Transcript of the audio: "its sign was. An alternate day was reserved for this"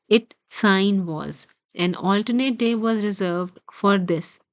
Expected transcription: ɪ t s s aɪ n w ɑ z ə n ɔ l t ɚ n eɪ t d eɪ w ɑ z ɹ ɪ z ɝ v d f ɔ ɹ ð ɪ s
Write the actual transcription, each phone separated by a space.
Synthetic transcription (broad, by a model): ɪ t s s aɪ n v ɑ z ə n ɔ l t ɚ n eɪ t d eɪ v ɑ z ɹ ɪ z ɝ v d f ɔ ɹ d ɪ s